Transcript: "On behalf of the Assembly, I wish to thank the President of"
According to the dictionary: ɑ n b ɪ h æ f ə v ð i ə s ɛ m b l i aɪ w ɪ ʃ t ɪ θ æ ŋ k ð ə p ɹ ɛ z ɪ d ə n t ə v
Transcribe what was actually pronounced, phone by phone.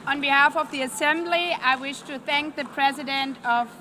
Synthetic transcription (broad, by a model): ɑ n b ɪ h æ f ə v ð i ə s ɛ m b l i aɪ w ɪ ʃ t ɪ θ æ ŋ k ð ə p ɹ ɛ z ɪ d ə n t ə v